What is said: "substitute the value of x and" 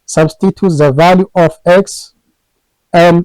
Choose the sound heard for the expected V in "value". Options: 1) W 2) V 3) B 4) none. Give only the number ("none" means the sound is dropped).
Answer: 2